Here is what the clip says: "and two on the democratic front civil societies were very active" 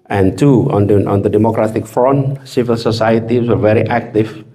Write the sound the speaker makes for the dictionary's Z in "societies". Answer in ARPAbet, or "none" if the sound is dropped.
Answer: none